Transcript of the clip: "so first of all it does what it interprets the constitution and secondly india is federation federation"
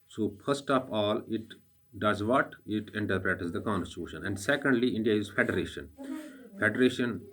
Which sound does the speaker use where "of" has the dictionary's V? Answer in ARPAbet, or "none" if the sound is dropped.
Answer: P